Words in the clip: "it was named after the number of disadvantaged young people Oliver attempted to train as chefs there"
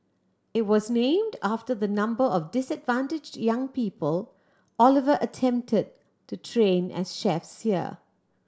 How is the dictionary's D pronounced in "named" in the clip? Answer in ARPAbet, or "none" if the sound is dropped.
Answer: D